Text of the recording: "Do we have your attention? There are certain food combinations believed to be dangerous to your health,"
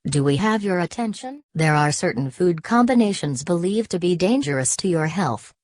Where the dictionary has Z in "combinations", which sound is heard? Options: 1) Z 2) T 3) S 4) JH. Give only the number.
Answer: 1